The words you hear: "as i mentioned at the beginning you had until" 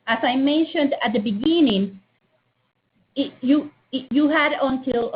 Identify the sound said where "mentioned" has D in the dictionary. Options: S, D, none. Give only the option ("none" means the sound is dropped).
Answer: D